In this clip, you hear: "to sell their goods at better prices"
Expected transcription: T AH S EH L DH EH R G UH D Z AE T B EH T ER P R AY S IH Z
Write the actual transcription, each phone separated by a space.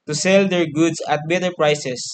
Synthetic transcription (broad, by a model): T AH S EH L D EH R G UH D S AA T B EH T ER P R AY S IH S